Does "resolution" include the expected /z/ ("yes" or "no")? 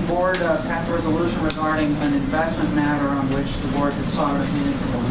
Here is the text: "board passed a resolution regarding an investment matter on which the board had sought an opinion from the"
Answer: yes